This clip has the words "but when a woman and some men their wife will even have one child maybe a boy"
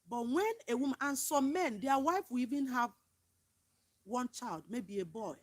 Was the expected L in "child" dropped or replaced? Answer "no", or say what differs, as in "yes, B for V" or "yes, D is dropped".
no